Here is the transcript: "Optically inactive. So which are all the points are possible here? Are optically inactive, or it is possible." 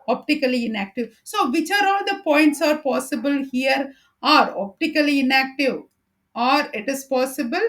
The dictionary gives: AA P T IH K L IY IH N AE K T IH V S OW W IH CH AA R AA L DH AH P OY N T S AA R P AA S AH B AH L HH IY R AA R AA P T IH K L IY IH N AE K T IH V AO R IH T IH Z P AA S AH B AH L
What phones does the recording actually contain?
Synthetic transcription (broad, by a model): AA P T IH K L IY IH N AE K T IH V S OW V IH CH AA R AA L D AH P OY N T S AA R P AA S AH B AH L HH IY R AA R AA P T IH K L IY IH N AE K T IH V AO R IH T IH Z P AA S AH B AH L